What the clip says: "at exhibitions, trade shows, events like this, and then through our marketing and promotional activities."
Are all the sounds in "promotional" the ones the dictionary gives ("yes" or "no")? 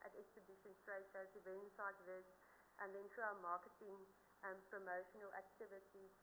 yes